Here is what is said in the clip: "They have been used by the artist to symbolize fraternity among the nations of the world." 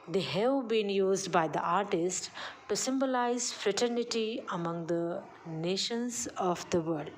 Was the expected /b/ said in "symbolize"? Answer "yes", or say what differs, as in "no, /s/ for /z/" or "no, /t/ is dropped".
yes